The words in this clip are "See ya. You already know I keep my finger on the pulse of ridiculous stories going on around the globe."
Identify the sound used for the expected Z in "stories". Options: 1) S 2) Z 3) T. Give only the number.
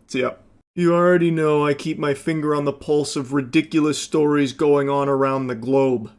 2